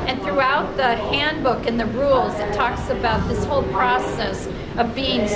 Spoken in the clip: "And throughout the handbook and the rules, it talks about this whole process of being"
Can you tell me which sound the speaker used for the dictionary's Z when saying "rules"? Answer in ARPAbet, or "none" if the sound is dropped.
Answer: Z